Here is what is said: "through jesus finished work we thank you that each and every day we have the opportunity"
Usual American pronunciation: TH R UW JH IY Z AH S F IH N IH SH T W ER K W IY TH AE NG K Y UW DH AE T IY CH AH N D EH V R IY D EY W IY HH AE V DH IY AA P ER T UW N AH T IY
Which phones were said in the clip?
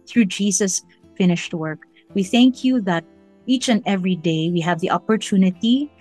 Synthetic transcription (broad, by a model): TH R UW JH IY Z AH S F IH N IH SH T W ER K W IY TH AE NG K Y UW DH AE T IY CH AH N D EH V R IY D EY W IY HH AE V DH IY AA P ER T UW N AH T IY